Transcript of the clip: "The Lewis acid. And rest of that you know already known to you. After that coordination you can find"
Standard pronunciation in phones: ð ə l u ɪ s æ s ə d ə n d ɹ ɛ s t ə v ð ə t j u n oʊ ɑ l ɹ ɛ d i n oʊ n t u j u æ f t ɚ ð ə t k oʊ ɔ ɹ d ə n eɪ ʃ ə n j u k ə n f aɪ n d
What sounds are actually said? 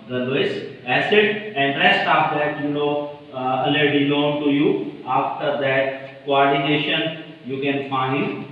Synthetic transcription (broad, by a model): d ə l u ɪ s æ s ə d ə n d ɹ ɛ s t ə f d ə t j u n oʊ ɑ l ɛ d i l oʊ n t u j u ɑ f t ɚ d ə t k oʊ ɔ ɹ d ə n eɪ ʃ ə n j u k ə n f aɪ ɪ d